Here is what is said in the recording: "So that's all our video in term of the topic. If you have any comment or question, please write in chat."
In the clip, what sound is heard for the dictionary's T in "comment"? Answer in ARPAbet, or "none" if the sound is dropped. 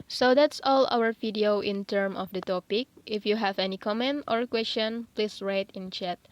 T